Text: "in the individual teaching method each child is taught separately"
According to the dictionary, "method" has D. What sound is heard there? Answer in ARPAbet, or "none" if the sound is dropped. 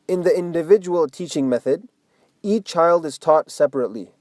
D